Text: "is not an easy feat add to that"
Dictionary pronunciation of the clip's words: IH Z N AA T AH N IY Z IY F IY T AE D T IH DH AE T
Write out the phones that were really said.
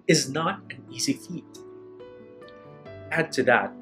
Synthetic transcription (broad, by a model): IH Z N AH T AH N IY Z IY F IY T AE D T IH DH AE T